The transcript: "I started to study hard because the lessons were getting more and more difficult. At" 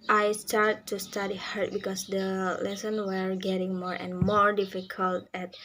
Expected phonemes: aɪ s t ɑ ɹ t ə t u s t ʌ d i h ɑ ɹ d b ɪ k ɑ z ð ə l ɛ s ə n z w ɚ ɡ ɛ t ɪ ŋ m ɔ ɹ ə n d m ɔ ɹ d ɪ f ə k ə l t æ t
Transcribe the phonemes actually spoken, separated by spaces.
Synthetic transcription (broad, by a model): aɪ s t ɑ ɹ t t u s t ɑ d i h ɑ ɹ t b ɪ k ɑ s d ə l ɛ s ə n w ɚ ɡ ɛ t ɪ ŋ m ɔ ɹ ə n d m ɔ ɹ d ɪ f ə k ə l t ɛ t